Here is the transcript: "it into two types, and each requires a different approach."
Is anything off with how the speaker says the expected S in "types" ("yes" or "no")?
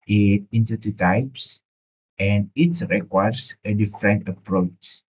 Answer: no